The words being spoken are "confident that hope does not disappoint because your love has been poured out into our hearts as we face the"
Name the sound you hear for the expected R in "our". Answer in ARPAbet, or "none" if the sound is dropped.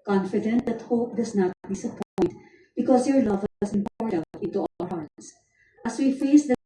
L